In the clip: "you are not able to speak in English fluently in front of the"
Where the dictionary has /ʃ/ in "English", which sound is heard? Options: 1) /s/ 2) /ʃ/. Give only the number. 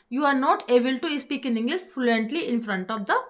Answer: 1